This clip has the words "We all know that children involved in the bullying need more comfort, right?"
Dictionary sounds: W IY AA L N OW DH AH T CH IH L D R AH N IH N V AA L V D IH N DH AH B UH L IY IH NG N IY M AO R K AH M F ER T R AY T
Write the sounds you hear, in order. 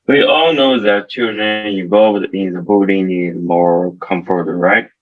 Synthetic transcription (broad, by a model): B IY AA L N OW DH AH T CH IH D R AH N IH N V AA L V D IH N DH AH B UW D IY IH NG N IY M AO R K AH M F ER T R AY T